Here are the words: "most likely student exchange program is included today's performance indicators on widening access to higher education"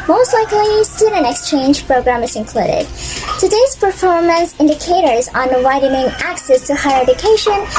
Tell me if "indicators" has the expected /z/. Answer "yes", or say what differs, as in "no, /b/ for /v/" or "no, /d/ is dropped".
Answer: yes